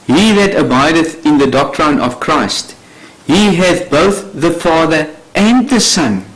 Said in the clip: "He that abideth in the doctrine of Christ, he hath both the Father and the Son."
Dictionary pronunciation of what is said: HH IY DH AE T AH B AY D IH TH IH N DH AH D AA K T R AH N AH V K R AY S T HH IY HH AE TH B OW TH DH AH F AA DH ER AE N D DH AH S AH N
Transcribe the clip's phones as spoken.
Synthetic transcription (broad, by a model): HH IY DH AE T AH B AY D IH TH IH N DH AH D AA K T R AH N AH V K R AY S T HH IY HH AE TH B OW TH DH AH F AA DH ER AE N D DH AH S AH N